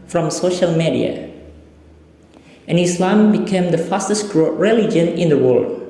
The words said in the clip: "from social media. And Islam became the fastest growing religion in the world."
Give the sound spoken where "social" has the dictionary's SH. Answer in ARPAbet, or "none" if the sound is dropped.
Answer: SH